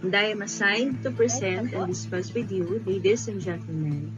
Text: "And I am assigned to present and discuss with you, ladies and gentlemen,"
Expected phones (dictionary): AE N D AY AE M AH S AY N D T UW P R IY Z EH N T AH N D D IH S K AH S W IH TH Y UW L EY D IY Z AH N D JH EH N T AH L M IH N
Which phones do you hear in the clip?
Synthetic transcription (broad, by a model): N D AY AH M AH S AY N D T UW P IY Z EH N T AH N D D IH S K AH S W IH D Y UW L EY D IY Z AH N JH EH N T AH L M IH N